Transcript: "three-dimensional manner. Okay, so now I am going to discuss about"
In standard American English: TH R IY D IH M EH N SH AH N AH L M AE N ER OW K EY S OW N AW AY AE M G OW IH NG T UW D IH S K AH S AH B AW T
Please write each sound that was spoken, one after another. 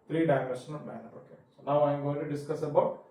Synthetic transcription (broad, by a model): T R IY D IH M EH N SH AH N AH N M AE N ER OW K EY S OW N AW AY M G OW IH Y T UW D IH S K AH S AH B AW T